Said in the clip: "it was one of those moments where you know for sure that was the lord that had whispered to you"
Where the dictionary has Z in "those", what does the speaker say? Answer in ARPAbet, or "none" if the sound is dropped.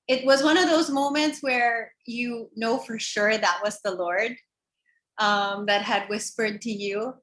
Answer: Z